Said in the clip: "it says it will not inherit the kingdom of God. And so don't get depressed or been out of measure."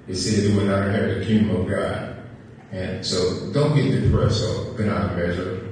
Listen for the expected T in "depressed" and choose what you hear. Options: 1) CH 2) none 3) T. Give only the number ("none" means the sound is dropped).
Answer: 2